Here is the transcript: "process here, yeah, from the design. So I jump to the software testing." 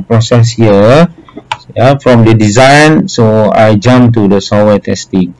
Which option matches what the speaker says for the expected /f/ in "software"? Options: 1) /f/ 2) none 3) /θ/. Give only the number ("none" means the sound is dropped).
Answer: 2